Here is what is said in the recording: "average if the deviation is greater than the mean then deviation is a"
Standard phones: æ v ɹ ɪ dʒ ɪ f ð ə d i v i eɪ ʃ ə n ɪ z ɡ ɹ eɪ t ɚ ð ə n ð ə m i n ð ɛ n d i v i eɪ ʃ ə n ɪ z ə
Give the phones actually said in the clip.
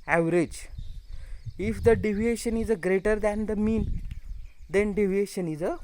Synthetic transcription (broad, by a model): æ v ɹ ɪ dʒ ɪ f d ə d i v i eɪ ʃ ə n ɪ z ɡ ɹ eɪ t ɚ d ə n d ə m i n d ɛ n d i v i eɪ ʃ ə n ɪ z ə